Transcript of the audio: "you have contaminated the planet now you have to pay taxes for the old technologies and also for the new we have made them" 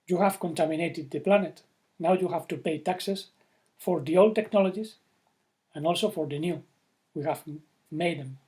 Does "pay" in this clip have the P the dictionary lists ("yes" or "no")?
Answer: yes